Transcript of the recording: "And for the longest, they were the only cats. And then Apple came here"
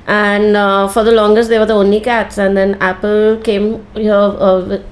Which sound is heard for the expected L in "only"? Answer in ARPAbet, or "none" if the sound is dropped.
L